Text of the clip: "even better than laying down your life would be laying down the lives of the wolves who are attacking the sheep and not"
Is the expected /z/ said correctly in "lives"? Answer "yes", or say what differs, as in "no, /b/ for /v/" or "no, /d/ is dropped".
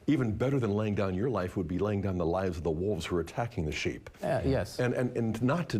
yes